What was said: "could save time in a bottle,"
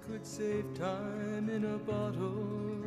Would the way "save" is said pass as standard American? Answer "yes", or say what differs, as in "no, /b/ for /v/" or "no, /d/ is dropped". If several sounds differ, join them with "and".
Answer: no, /p/ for /v/